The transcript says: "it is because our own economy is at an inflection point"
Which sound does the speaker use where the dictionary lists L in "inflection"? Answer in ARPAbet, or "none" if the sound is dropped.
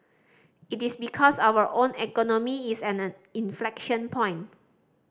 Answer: L